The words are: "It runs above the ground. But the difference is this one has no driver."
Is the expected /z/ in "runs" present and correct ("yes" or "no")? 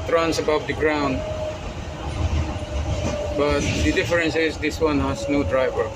no